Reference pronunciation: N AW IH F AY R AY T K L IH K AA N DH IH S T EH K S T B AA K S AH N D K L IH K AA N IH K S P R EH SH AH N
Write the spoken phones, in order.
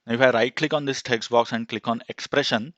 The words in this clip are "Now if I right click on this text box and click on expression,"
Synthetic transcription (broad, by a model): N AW IH F AY R AY T K L IH K AA N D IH S T EH K S T B AA K S AH N D K L IH K AA N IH K S P R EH SH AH N